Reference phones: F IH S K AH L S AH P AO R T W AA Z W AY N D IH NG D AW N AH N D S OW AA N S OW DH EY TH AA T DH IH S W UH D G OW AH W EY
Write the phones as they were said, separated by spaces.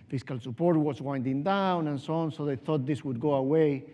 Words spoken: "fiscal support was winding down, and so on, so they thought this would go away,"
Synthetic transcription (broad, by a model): F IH S K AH L S AH P AO R T W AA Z W AY N D IH NG D AW N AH N S OW AA N S OW DH EY TH AA T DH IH S W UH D G OW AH W EY